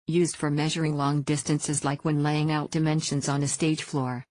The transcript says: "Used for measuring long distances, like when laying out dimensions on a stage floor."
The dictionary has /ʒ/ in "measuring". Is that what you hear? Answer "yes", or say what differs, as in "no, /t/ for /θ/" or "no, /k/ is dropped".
yes